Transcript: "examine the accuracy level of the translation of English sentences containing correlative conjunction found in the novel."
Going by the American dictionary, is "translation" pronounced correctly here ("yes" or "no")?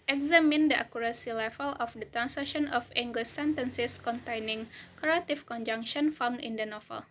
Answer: no